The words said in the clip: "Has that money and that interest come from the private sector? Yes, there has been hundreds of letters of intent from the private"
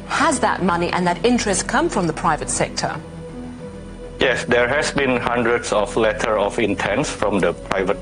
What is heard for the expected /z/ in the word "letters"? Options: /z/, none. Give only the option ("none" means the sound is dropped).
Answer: none